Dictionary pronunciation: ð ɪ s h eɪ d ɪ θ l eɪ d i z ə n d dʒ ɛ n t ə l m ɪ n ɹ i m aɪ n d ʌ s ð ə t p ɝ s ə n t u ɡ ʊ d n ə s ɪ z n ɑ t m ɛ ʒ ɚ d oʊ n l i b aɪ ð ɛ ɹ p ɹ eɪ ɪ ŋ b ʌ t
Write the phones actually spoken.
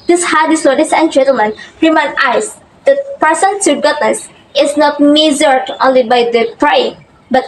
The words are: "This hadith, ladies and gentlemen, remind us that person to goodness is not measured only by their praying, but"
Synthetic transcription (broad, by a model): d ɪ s h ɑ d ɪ s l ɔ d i s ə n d dʒ ɛ n t ə l m ɪ n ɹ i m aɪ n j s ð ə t p ɝ s ə n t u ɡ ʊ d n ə s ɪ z n ɑ t m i z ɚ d oʊ n l i b aɪ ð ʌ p ɹ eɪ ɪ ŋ b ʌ t